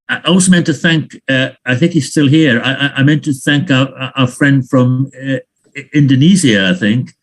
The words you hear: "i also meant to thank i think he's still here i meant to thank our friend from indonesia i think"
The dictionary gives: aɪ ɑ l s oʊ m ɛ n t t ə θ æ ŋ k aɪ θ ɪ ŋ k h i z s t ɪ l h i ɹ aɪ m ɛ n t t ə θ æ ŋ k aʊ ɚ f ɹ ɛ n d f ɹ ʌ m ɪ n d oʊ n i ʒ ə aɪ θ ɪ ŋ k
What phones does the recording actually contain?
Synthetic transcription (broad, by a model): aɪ ɑ l s oʊ m ɛ n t t ə θ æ ŋ k aɪ θ ɪ ŋ k h i z s t ɪ l h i ɹ aɪ m ɛ n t t ə θ æ ŋ k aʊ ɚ f ɹ ɛ n d f ɹ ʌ m ɪ n d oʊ n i z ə aɪ θ ɪ ŋ k